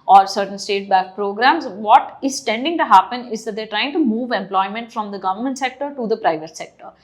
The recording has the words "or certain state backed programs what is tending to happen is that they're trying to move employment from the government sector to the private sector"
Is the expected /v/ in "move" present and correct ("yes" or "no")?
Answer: yes